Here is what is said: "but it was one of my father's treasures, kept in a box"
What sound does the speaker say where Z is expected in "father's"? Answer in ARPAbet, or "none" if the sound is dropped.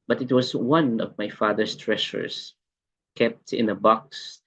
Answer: S